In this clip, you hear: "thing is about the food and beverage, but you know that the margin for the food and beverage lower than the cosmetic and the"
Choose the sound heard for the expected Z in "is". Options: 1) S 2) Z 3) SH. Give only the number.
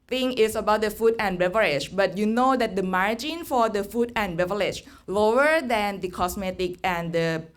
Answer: 1